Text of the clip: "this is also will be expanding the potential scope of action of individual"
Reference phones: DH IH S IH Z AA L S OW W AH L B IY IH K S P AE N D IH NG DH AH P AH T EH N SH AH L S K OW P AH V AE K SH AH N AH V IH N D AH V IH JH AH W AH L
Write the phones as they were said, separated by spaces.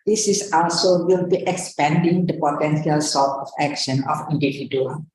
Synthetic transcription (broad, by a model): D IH S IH S AA L S OW W AH L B IY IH K S P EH N D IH NG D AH P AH T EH N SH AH L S OW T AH F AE K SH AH N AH F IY N D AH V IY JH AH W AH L